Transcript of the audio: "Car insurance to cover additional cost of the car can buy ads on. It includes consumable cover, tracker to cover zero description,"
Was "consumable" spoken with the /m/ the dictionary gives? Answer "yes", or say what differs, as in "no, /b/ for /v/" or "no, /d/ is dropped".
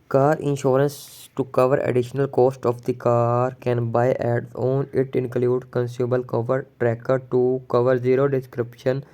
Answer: no, /m/ is dropped